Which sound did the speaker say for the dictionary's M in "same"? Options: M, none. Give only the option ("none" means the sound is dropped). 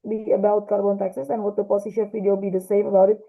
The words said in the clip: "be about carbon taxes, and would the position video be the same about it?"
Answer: M